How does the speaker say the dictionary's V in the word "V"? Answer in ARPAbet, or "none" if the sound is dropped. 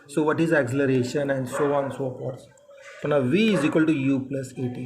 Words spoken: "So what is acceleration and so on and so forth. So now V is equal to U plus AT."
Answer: V